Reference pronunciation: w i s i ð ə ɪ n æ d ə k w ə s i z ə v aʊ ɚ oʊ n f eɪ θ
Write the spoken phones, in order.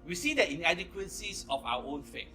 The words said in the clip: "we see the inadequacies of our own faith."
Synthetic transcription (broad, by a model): w i s i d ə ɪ n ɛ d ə k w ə s i s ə f aʊ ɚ oʊ n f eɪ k